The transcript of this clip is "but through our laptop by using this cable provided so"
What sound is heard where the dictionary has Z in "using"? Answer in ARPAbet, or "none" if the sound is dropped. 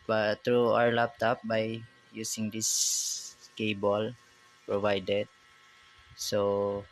S